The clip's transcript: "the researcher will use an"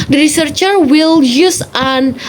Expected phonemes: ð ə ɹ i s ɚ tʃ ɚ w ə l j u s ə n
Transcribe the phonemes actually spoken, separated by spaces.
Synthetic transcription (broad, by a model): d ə ɹ i s ɚ tʃ ɚ w ə l j u s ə n